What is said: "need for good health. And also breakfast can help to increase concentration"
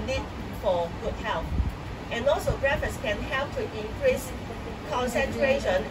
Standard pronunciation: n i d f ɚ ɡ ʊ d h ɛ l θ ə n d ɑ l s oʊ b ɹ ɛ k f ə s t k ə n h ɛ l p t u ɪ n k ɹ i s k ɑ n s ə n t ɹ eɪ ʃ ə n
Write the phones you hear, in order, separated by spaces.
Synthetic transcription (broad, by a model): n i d f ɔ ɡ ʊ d h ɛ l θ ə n ɑ l s oʊ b ɹ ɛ f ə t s k ə n h ɛ l p t u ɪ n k ɹ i s k ɑ n s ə n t ɹ eɪ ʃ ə n